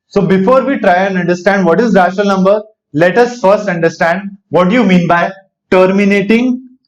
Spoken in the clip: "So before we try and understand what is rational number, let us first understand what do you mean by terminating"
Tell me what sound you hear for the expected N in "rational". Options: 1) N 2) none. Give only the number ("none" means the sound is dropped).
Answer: 2